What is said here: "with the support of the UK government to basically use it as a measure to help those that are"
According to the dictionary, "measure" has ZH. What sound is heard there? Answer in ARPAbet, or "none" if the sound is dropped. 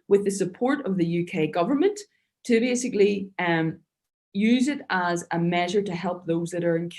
ZH